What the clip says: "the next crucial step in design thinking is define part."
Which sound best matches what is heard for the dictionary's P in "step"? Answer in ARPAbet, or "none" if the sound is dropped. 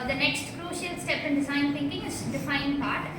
P